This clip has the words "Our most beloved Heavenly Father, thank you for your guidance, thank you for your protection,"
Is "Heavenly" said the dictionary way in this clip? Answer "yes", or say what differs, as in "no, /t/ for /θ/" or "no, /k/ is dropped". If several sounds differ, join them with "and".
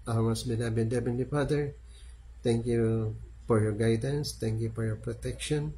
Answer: no, /b/ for /v/ and /l/ is dropped